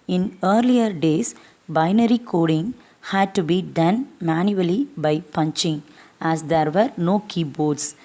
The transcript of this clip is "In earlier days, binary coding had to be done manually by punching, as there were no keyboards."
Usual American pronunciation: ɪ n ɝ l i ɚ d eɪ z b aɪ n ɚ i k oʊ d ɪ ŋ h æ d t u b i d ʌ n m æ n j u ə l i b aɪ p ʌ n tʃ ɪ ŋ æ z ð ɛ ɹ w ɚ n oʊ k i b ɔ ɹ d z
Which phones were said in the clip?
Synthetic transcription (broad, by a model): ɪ n ɝ l i ɚ d eɪ s b aɪ n ɚ i k oʊ d ɪ ŋ h æ d t u b i d ʌ n m æ n j u ə l i b aɪ p ʌ n tʃ ɪ ŋ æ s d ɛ ɹ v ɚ n oʊ k i b ɔ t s